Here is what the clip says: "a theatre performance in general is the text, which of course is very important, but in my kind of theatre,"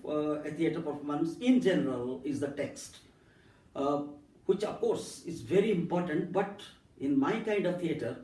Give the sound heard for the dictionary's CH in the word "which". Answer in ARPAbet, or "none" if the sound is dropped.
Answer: CH